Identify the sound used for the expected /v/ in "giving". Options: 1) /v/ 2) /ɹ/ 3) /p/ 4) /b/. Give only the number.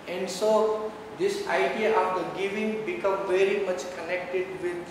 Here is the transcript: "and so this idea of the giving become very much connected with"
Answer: 1